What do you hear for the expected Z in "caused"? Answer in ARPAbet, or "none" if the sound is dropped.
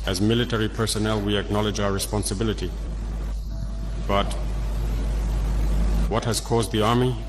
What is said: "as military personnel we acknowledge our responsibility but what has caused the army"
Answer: Z